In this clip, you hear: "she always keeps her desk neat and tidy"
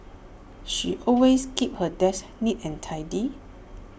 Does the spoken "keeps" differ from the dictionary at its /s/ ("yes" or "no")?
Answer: yes